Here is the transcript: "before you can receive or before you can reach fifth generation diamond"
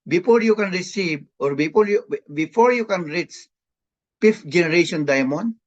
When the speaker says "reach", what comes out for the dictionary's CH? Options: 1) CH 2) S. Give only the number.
2